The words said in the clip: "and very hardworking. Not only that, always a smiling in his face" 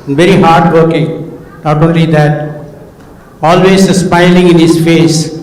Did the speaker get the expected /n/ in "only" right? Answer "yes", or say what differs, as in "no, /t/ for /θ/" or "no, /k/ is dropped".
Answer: yes